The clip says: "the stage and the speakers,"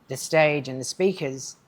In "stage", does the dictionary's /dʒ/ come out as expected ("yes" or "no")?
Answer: yes